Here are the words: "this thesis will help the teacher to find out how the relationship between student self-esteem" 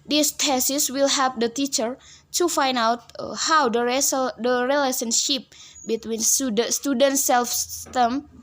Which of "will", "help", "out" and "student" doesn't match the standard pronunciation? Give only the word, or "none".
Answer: help